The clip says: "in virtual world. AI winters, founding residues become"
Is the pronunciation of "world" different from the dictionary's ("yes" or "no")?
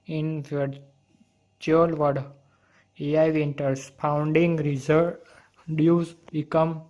yes